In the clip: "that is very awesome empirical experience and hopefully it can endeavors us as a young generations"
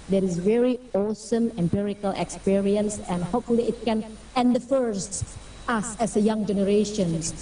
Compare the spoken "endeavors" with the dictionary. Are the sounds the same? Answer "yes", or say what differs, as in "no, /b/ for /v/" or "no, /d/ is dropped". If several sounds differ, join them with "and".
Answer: no, /f/ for /v/